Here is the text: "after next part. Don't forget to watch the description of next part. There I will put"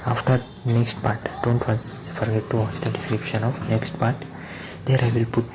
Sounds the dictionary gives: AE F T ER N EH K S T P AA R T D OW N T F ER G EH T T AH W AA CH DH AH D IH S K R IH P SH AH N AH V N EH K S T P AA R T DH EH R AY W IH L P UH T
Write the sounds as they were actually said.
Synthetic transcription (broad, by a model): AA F T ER N EH K S T P AA R T D OW N T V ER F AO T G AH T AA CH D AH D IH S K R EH SH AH N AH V N EH K S T P AA R T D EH R AY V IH L P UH T